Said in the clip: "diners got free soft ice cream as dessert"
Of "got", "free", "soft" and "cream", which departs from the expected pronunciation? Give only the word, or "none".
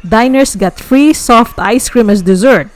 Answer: none